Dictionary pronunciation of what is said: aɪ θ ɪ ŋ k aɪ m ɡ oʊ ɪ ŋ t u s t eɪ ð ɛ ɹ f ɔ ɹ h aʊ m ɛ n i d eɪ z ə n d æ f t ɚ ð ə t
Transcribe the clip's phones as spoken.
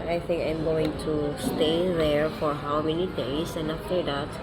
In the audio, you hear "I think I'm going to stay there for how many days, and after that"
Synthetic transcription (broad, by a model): aɪ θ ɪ ŋ k aɪ m ɡ oʊ ɪ ŋ t u s t eɪ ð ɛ ɹ f ɔ ɹ h aʊ m ɛ n i d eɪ s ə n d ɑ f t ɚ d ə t